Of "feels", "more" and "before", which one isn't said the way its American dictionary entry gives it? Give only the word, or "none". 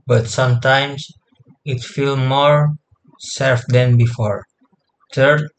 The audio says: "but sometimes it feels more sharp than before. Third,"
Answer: feels